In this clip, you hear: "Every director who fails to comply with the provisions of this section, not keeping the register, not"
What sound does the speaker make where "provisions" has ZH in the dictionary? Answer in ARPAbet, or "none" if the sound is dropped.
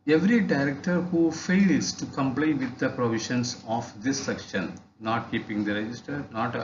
SH